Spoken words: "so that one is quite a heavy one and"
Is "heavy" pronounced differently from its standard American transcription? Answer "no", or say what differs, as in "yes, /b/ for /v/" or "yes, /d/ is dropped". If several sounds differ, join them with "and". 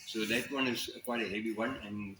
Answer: yes, /b/ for /v/